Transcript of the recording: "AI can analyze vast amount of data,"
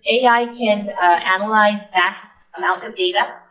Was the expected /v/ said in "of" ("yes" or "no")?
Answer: yes